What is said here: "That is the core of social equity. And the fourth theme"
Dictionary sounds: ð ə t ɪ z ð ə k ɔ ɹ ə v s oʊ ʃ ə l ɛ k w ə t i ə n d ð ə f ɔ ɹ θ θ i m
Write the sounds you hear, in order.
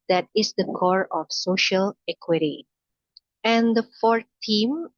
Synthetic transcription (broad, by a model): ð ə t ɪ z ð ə k ɔ ɹ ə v s oʊ ʃ ə l ɛ k w ə t i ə n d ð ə f ɔ ɹ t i m